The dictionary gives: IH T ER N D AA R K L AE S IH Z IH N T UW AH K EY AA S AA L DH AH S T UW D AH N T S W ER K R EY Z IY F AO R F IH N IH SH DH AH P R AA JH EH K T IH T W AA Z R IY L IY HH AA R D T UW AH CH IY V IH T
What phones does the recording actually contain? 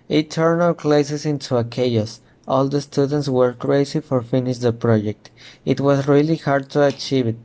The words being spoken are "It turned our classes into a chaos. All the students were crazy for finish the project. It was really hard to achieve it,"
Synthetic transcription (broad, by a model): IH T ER N AA L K L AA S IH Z IH N T UW AH K EY AA S AA L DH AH S T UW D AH N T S W ER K R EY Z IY F AO R F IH N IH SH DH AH P R AA JH EH K T IH T W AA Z R IY L IY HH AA R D T UW AH CH IY V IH T